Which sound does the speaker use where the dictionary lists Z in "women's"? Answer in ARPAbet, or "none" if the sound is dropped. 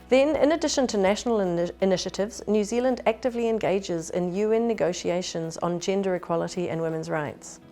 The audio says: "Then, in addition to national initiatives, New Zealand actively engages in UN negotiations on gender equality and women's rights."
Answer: Z